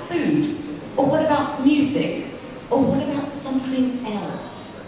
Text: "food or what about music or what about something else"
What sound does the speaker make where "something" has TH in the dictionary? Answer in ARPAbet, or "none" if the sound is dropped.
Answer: TH